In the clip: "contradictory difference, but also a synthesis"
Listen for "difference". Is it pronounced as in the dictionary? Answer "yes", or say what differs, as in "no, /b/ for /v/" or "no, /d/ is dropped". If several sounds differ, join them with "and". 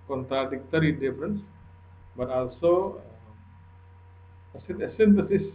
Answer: yes